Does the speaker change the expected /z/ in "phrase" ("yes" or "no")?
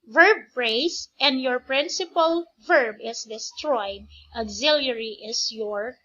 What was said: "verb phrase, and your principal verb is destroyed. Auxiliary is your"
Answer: yes